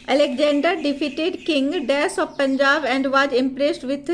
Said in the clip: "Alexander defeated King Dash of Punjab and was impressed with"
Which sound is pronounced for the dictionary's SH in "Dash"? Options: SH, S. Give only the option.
S